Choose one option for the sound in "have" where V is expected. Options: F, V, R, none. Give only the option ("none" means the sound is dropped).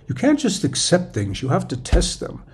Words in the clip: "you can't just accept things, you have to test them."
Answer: F